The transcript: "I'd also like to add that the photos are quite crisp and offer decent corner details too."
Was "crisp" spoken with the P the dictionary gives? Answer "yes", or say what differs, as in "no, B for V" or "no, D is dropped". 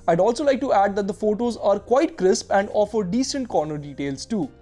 yes